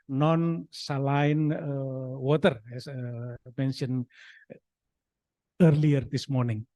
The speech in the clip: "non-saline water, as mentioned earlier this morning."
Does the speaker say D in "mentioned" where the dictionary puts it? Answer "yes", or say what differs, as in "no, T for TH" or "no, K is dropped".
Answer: no, D is dropped